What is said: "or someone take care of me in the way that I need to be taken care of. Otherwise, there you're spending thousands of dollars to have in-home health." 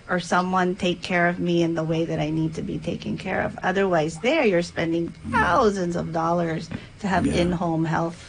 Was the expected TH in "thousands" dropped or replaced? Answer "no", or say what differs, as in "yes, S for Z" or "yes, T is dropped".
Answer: no